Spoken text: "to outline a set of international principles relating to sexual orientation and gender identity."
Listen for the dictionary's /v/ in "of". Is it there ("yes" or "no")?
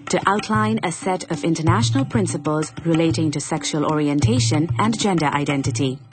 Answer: yes